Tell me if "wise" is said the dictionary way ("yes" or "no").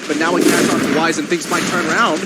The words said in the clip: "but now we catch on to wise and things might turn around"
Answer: yes